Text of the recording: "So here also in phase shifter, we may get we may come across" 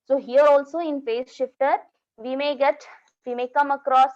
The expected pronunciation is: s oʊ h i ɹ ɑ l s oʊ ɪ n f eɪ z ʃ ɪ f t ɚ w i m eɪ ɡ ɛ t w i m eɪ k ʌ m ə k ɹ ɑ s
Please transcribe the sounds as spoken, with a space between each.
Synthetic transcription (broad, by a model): s oʊ h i ɹ ɑ l s oʊ ɪ n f eɪ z ʃ ɪ f t ɚ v i m eɪ ɡ ɛ t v i m eɪ k ʌ m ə k ɹ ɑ s